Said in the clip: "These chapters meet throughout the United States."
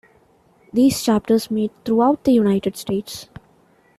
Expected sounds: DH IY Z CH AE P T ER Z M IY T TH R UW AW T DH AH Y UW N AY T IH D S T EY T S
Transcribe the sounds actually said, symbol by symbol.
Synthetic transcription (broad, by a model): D IY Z CH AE P T ER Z M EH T T R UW AW T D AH Y UW N AY T IH D S T EY T S